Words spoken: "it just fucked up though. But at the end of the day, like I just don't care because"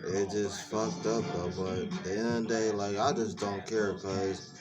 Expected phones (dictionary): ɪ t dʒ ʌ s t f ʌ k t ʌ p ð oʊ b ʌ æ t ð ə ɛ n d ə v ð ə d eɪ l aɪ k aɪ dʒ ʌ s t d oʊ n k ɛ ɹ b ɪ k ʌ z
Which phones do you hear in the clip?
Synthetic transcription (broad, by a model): ɪ t dʒ ʌ s t f ʌ k t ʌ p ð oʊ b ʌ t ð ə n ə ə d eɪ l aɪ k aɪ dʒ ʌ s d oʊ n k ɛ ɹ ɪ k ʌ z